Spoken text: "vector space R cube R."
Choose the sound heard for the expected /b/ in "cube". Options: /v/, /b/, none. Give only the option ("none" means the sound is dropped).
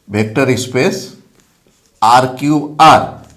none